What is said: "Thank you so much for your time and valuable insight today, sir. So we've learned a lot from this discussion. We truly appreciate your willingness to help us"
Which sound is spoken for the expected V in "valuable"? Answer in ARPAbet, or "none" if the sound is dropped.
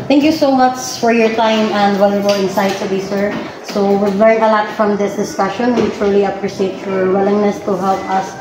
W